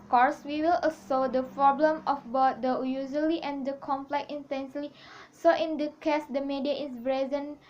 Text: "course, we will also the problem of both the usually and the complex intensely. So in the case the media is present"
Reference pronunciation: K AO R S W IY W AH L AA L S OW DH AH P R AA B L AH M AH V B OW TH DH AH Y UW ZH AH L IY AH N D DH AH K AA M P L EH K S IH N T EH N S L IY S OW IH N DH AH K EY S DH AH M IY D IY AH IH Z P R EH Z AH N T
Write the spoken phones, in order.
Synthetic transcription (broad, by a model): K AO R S W IY W AH L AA S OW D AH P R AA B L AH M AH F B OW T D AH Y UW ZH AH L IY AH N D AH K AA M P L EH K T IH N T EH N S L IY S OW IH N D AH K EY S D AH M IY D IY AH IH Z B R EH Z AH N